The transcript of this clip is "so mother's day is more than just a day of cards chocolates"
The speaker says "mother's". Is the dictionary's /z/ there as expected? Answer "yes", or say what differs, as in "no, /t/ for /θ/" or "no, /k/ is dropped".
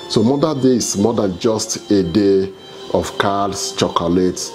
no, /z/ is dropped